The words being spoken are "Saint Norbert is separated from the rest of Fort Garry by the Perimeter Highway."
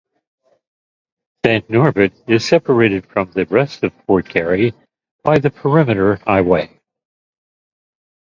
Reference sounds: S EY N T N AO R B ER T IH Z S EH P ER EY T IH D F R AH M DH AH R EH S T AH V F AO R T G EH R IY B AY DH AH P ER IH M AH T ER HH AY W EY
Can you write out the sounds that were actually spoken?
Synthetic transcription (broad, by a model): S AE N N AO R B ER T IH Z S EH P ER EY T IH D F R AH M DH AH R EH S T AH V P AO R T G EH R IY B AY DH AH P ER IH M AH T ER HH AY W EY